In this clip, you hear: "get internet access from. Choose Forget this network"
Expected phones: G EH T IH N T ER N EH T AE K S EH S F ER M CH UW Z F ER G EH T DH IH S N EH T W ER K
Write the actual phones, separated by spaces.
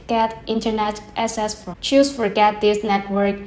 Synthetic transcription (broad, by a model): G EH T IH N T ER N EH T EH S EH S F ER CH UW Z F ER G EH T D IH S N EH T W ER K